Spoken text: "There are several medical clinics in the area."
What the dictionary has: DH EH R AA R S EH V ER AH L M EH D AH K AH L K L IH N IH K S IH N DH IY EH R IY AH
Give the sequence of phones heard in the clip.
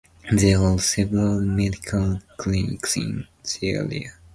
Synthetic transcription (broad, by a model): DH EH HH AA L S EH V ER AH L M EH D AH K AH L K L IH N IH K S IH N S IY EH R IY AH